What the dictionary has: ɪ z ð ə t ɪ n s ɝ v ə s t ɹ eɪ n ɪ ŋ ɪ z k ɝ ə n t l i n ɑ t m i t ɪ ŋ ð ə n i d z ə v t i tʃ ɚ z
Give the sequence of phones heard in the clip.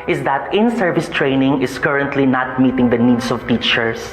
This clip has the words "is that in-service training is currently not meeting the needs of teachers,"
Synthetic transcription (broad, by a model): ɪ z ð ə t ɪ n s ɝ v ə s t ɹ eɪ n ɪ ŋ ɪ s k ɝ ə n t l i n ɑ t m i t ɪ ŋ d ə n i d s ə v t i tʃ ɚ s